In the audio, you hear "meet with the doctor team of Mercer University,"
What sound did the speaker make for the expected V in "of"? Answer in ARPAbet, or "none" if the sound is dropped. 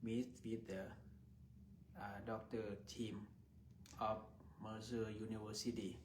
F